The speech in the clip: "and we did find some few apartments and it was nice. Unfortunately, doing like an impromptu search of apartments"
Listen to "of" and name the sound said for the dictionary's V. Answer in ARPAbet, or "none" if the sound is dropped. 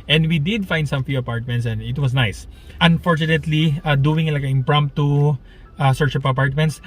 P